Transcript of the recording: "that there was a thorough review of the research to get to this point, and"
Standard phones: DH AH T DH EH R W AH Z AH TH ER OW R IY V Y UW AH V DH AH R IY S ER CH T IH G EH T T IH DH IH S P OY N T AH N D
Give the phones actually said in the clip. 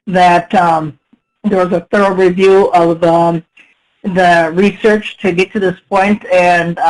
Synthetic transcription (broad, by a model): DH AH T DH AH R W AH Z AH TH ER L R IY V Y UW AH V DH AH R IY S ER CH T IH G EH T T IH DH IH S P OY N T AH N